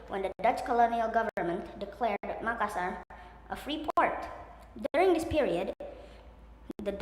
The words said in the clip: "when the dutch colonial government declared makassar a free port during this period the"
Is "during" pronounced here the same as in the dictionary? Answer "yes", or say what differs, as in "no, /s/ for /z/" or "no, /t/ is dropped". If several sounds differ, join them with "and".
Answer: yes